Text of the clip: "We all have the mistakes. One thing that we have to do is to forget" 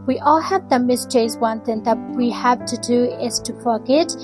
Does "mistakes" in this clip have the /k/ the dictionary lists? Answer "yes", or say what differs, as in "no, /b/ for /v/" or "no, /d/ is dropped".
no, /k/ is dropped